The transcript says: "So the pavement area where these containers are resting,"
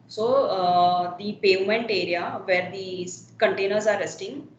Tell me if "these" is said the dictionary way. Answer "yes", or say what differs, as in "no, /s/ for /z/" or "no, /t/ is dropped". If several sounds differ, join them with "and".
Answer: no, /z/ is dropped